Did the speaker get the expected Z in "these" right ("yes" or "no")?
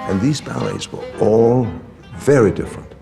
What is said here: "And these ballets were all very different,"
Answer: yes